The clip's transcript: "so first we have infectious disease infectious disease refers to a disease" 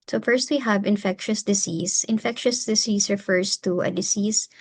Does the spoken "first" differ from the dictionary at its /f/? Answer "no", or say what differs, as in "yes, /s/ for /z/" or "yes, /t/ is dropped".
no